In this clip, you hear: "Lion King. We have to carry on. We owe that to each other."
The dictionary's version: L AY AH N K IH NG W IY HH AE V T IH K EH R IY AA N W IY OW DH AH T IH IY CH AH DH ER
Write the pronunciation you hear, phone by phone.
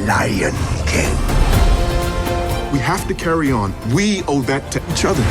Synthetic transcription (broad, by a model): L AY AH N K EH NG W IY HH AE F T IH K EH R IY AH N W IY OW DH AH T IH IY CH AH DH ER